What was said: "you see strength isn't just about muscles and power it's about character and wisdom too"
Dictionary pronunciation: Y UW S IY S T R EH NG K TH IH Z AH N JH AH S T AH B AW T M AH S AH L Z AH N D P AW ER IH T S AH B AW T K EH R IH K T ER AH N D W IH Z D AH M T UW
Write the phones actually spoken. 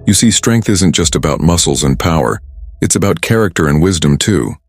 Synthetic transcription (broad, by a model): Y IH S IY S T R EH NG K TH IH Z AH N JH AH S T AH B AW T M AH S L Z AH N P AW ER IH T S AH B AW T K EH R IH K T ER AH N W IH Z D AH M T UW